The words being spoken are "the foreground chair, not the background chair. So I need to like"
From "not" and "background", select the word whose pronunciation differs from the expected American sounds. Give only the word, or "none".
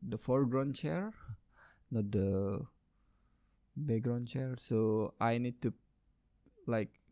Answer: background